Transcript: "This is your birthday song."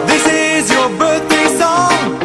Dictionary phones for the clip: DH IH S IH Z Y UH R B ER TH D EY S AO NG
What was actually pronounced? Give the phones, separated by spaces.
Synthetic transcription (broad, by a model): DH IH S IH Z Y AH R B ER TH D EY S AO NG